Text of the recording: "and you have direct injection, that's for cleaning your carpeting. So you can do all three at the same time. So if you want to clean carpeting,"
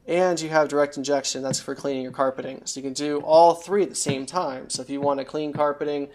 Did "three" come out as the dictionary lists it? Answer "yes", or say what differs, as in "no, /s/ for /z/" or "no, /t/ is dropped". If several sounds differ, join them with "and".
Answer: yes